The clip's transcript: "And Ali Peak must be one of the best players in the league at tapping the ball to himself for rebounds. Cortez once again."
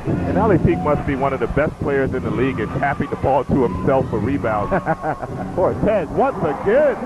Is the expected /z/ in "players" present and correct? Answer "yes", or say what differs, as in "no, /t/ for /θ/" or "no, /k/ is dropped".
yes